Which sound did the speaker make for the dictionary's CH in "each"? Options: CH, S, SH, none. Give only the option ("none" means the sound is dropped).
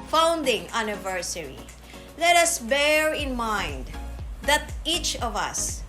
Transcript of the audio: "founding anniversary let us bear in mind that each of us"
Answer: CH